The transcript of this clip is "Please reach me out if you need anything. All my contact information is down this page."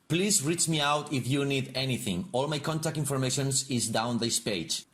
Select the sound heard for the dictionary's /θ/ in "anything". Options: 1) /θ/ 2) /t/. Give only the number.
1